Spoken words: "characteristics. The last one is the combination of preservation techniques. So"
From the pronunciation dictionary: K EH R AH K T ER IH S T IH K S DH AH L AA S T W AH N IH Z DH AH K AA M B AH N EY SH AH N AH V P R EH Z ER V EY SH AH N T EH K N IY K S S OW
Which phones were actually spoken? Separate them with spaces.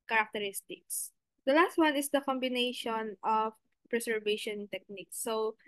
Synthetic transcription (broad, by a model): K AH R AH K T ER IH S T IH K S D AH L AA S T W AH N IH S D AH K AA M B AH N EY SH AH N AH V P R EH S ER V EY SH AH N T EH K N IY K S S OW